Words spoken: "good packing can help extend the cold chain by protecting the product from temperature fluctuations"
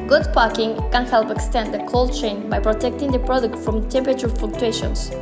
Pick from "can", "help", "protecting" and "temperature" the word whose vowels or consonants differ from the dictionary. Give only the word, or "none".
temperature